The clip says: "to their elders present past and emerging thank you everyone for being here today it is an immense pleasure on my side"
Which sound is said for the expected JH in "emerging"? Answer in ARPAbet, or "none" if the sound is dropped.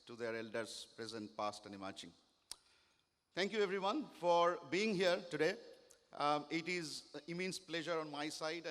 CH